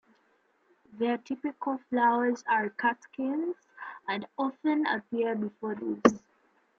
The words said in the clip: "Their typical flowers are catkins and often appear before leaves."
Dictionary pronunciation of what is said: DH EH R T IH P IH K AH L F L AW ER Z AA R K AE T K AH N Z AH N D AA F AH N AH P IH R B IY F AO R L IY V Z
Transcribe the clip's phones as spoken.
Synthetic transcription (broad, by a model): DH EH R T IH P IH K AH L F L AW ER Z AA R K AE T K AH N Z AH N D AA F AH N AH P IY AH B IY F AO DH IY Z